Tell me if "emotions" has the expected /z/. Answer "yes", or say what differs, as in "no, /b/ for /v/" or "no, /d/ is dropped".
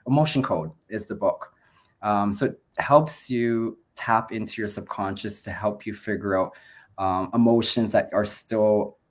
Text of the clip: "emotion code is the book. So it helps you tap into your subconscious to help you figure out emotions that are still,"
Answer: yes